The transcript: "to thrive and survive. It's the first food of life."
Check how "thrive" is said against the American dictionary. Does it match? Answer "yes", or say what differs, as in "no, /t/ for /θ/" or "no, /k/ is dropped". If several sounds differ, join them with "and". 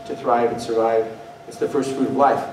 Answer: yes